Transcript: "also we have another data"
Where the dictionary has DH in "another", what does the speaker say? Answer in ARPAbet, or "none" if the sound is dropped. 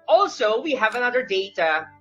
DH